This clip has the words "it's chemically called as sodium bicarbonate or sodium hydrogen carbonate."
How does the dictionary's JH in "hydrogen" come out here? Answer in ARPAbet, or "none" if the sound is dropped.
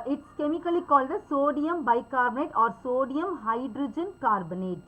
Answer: JH